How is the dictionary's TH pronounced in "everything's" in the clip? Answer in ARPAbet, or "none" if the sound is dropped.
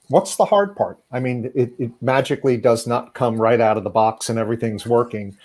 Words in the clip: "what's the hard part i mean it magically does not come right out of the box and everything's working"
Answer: TH